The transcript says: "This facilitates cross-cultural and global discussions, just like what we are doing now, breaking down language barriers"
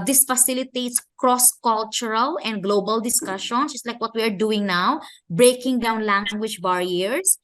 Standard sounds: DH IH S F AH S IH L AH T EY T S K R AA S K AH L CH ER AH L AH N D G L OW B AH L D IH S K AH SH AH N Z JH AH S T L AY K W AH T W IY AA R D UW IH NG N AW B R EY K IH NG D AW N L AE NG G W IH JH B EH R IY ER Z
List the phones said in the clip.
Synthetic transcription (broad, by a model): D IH S F AH S IH L AH T EY T S K R AA S K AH L CH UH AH L AH N D G L OW B AH L D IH S K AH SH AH N JH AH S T L AY K W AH T W IY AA R D UW IH NG N AW B R EY K IH NG D AW N L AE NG G W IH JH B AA R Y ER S